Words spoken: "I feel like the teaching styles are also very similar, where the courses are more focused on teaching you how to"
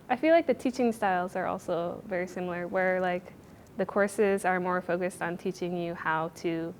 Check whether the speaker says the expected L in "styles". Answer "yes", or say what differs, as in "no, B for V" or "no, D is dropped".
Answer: yes